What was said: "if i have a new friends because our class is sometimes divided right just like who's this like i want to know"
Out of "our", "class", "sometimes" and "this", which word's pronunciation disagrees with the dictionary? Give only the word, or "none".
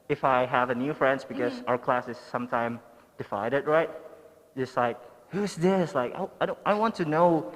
sometimes